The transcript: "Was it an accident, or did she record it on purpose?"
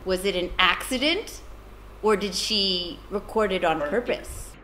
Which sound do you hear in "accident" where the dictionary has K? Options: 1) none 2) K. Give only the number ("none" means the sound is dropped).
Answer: 2